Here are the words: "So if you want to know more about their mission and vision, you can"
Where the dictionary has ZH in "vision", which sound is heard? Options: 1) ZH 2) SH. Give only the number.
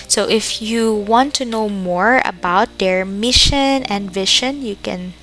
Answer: 2